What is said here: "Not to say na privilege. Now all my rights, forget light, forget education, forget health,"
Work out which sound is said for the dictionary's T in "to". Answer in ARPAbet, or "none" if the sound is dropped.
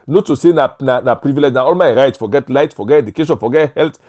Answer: S